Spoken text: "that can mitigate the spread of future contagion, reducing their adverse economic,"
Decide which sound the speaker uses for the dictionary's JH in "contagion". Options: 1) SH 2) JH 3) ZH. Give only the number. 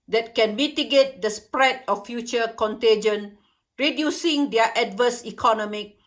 2